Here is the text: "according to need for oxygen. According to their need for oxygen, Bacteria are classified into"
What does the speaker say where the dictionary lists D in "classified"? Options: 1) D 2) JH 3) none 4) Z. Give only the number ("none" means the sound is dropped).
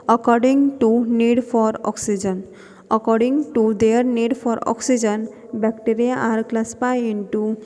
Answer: 3